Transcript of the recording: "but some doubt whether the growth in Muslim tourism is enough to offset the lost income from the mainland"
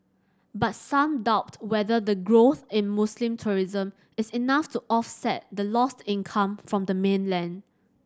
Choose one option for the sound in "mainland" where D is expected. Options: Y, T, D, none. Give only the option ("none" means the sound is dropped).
D